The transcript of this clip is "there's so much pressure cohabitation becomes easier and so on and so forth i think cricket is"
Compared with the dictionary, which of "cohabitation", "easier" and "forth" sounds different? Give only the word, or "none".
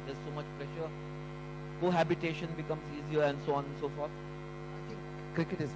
forth